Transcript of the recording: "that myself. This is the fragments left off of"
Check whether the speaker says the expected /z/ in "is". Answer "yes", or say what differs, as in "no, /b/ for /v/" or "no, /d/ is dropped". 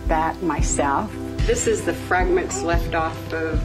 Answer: yes